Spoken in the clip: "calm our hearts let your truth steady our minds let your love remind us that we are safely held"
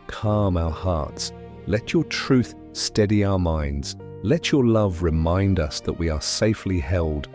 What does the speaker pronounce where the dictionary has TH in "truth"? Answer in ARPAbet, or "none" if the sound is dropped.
TH